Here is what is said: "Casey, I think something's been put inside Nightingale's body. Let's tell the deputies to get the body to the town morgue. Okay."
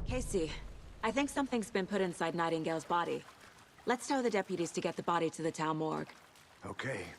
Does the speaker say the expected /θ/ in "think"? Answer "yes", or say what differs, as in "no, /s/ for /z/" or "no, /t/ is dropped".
yes